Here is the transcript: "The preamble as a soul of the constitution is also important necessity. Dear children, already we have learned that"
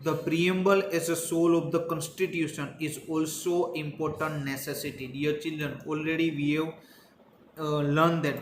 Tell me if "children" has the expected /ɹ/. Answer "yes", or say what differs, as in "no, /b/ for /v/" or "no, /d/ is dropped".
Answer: yes